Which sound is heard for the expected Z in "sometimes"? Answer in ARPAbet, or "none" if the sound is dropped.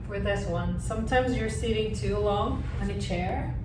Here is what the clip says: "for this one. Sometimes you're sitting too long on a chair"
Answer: Z